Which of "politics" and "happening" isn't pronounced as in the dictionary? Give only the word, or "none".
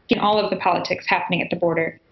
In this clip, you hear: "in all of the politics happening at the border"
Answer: none